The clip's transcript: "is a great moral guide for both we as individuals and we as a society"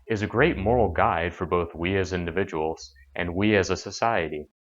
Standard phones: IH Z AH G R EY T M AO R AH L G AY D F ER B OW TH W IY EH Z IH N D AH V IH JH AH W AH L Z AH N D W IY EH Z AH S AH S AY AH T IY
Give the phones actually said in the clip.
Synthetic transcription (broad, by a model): IH Z AH G R EY T M AO R L G AY D F ER B OW TH W IY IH Z IH N D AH V IH JH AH W L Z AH N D W IY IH Z AH S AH S AY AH T IY